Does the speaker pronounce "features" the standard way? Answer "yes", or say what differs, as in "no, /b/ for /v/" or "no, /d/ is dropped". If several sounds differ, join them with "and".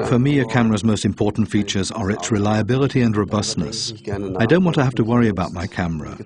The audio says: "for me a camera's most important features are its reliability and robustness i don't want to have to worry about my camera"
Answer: yes